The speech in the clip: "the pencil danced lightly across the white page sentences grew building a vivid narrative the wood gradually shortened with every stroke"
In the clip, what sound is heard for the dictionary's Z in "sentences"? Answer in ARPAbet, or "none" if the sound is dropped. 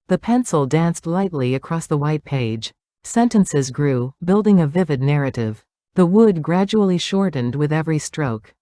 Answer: Z